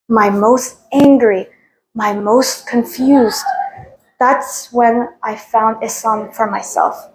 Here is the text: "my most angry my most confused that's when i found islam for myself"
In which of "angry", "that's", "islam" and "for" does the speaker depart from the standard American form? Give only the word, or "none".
islam